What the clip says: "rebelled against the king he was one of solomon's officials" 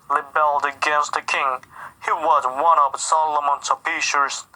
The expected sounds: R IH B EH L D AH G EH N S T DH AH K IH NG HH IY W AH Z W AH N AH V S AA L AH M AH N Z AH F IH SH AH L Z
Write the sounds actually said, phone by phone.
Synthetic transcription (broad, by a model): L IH B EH L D AH G EH N S T DH AH K IH NG HH IY W AH Z W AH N AH V S AA L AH M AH N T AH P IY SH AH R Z